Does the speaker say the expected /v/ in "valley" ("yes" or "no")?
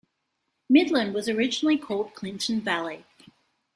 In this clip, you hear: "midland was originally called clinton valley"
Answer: yes